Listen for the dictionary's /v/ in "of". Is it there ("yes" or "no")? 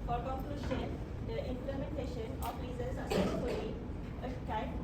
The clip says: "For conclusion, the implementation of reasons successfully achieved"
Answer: no